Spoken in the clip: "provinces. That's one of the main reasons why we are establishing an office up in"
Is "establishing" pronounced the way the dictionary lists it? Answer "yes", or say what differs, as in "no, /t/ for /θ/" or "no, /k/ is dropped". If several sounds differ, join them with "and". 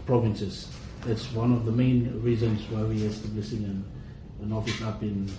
no, /s/ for /ʃ/